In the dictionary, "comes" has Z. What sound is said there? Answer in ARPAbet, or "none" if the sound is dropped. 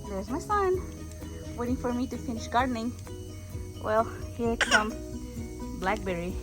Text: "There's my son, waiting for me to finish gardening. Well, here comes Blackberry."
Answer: none